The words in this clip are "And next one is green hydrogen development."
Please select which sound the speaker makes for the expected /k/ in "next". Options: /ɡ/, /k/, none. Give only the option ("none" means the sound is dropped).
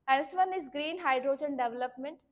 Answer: none